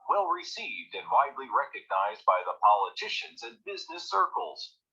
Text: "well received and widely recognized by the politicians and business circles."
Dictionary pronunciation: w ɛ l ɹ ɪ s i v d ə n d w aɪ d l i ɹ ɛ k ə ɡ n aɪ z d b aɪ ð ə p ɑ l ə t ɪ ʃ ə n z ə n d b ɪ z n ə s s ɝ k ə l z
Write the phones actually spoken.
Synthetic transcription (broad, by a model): w ɛ l ɹ ɪ s i v d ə n w aɪ d l i ɹ ɛ k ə ɡ n aɪ z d b aɪ ð ə p ɑ l ə t ɪ ʃ ə n z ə n b ɪ z n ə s s ɝ k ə l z